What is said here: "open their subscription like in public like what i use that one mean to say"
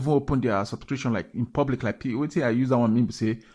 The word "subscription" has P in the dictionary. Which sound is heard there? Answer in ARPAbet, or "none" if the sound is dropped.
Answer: none